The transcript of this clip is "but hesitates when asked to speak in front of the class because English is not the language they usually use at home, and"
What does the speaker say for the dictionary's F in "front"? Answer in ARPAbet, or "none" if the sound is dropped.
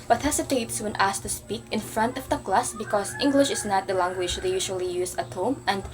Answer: F